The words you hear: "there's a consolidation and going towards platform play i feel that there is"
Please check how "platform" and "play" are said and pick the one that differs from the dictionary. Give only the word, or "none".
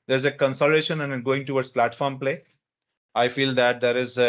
none